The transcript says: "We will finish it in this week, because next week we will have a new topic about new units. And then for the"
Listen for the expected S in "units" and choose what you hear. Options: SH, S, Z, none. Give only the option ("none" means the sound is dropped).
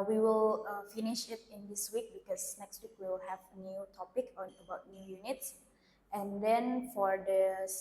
S